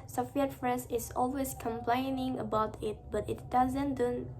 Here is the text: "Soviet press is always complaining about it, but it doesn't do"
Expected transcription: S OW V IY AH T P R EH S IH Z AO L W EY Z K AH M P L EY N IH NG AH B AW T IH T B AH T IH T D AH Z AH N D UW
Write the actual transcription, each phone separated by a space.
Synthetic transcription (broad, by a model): S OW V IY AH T F R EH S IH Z AO L W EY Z K AH M P L EY N IH NG AH B AW T IH T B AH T IH T D AH Z AH N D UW